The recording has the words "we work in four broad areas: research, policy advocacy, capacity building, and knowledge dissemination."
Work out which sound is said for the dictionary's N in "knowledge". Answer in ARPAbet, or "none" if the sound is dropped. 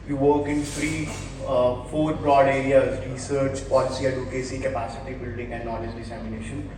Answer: L